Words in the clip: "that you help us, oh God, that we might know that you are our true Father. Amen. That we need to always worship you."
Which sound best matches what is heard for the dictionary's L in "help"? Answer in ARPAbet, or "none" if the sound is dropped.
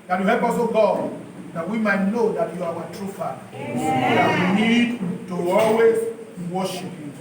none